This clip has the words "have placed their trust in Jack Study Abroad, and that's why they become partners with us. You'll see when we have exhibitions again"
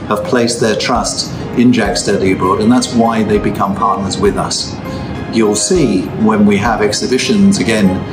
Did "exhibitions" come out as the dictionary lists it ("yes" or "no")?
yes